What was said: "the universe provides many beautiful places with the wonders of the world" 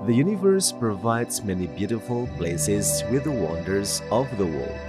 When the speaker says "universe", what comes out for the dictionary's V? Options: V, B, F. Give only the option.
V